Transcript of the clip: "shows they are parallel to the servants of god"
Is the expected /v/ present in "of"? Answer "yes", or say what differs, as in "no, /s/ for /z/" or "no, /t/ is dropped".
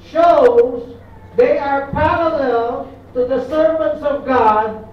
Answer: yes